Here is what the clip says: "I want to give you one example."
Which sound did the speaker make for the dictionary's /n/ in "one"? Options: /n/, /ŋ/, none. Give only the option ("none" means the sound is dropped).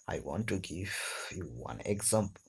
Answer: /n/